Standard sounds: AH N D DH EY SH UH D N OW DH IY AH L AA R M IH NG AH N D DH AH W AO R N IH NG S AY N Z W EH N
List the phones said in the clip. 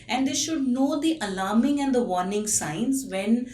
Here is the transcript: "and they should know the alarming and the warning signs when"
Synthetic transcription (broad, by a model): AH N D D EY SH UH D N OW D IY AH L AA R M IH NG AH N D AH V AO R N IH NG S AY N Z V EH N